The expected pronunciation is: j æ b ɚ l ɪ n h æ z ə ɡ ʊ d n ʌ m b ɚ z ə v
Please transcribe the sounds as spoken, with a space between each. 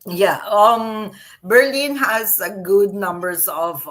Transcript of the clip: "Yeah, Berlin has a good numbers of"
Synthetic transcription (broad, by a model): j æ b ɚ l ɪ n h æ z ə ɡ ʊ d n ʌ m b ɚ s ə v